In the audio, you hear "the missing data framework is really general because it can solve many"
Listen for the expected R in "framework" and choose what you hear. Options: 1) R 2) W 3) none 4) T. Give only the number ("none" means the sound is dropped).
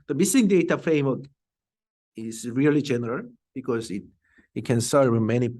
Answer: 3